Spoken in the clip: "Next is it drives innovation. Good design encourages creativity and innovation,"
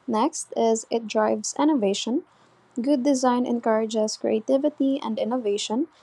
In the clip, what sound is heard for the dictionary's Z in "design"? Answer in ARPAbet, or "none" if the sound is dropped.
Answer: Z